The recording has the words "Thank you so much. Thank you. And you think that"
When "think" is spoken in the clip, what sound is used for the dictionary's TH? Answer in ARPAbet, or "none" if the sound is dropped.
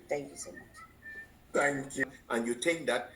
T